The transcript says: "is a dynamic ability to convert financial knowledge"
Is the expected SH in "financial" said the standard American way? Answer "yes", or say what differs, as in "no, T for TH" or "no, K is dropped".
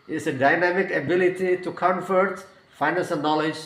no, S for SH